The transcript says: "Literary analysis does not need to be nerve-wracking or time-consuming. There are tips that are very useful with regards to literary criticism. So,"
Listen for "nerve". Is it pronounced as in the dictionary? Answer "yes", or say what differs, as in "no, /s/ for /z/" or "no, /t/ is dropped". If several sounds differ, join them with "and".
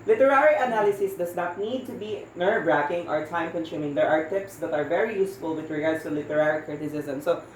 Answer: no, /b/ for /v/